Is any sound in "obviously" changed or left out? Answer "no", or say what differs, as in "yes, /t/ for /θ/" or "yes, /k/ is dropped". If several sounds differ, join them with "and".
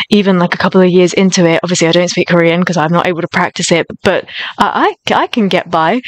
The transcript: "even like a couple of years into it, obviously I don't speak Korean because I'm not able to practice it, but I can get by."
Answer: no